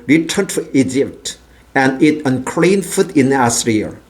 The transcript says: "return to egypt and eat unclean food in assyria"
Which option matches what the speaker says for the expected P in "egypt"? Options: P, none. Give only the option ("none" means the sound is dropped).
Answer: P